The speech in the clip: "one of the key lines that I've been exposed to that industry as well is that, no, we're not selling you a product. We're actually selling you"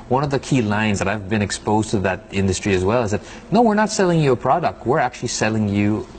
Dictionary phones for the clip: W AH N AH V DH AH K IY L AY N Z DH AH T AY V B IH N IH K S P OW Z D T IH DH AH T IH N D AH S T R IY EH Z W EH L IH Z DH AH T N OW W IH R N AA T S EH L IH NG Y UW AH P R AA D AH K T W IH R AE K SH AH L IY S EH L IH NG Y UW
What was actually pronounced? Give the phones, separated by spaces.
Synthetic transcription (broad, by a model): W AH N AH V DH AH K IY L AY N Z DH AH T AY V B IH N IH K S P OW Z T IH DH AH T IH N D AH S T R IY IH Z W EH L IH Z DH AH T N OW W IH R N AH T S EH L IH NG Y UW AH P R AA D AH K T W IH R AE K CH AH L IY S EH L IH NG Y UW